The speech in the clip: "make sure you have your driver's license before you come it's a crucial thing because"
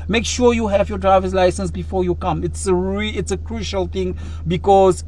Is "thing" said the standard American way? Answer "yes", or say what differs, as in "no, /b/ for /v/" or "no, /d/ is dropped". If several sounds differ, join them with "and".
no, /t/ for /θ/